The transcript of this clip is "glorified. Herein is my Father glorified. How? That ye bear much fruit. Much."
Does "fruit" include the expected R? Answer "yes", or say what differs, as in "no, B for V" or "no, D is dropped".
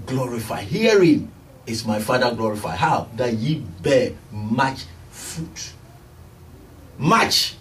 no, R is dropped